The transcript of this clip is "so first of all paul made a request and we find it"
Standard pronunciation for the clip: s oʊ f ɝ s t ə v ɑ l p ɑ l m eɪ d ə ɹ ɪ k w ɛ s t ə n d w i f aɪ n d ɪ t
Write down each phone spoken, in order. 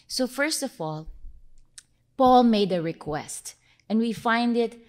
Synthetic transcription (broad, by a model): s oʊ f ɝ s t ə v ɑ l p ɑ l m eɪ d ə ɹ ɪ k w ɛ s t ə n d w i f aɪ n d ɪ t